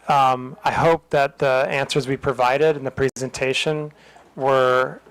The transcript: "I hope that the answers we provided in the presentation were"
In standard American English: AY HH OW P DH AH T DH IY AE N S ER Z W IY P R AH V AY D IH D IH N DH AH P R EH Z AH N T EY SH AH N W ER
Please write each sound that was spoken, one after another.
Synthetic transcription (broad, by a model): AY HH OW P DH AH T DH IY AE N S ER Z W IY P R AH V AY D IH D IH N DH AH P R EH Z AH N T EY SH AH N W ER